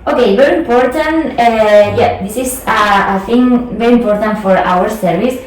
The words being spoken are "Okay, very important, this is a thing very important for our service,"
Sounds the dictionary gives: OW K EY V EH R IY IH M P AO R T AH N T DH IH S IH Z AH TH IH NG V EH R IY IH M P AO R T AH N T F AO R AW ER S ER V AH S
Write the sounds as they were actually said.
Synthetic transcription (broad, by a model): OW K EY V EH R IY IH M P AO R T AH N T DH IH S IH S AH TH IH NG V EH R IY IH M P AO R T AH N T F AO R AW ER S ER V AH S